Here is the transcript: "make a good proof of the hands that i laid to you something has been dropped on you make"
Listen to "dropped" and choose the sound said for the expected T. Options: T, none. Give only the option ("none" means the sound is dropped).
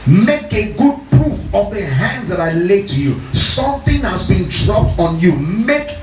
T